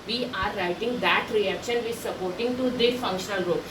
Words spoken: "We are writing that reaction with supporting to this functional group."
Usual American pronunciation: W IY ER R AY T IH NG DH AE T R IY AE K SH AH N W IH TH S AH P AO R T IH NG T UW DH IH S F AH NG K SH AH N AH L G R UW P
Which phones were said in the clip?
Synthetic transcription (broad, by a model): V IY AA R AY T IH NG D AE T R IY AE K SH AH N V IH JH S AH P AO R T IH NG T UW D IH F AH NG K SH AH N AH L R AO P